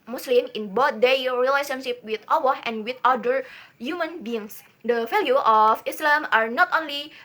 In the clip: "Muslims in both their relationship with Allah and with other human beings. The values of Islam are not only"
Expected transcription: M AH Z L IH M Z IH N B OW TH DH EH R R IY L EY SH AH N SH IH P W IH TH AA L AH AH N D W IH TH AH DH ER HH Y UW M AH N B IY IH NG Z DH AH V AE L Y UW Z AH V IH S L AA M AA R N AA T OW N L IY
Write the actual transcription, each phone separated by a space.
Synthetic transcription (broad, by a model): M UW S L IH M IH N B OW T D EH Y R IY L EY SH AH N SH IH P W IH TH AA W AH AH N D W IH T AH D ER HH Y UW M AH N B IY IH NG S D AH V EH L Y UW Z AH F IH S L AA M AA R N AA T OW N L IY